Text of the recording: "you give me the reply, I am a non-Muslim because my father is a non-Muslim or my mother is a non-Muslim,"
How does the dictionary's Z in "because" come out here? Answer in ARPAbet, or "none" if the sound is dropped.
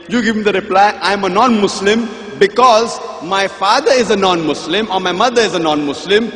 Z